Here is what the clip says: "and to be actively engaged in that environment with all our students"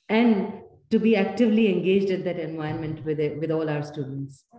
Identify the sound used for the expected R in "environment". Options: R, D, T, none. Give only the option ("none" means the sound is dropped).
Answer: none